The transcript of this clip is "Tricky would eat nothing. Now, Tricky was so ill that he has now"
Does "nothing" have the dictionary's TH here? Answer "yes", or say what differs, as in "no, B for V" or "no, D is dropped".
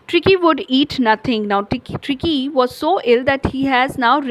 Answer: no, T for TH